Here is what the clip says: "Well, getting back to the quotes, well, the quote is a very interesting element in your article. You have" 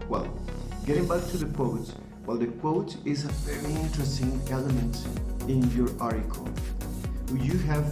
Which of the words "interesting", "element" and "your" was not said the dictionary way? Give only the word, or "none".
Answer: none